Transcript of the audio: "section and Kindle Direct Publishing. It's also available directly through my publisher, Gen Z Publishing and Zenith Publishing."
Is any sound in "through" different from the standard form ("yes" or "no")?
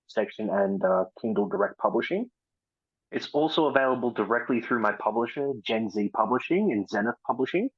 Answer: no